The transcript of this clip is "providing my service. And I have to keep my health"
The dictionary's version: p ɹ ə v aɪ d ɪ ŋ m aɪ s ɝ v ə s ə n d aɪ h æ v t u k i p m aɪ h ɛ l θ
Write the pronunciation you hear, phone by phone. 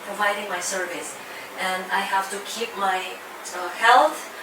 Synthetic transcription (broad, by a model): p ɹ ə v aɪ d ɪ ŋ m aɪ s ɝ v ə s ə n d aɪ h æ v t u k i p m aɪ h ɛ l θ